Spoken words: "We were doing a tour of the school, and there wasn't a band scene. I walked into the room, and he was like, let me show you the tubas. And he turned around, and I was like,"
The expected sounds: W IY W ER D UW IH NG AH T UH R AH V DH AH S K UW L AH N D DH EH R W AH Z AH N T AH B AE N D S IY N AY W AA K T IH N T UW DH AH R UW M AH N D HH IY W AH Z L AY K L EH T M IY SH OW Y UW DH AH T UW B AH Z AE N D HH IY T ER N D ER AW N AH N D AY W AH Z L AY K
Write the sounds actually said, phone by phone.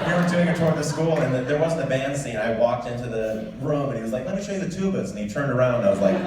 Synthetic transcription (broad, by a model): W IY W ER D UW IH NG AH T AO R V DH AH S K UW L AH N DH DH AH R W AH Z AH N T AH B AE N D S IY N AY W AA K T IH N T UW DH AH R UW M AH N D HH IY W AH Z L AY K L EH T M IY SH OW Y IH DH AH T UW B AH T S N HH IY T ER N D ER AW AH N D AY W AH Z L AY K